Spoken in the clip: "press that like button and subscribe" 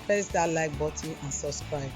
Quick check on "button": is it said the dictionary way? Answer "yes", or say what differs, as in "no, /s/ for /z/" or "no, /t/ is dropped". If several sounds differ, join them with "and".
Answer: no, /n/ is dropped